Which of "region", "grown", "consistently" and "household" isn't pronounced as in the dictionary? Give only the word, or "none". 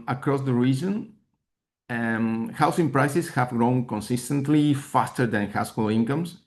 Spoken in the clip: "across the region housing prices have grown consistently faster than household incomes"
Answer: household